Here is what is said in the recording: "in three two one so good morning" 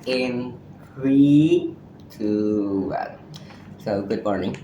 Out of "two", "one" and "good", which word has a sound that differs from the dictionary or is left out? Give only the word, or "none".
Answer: one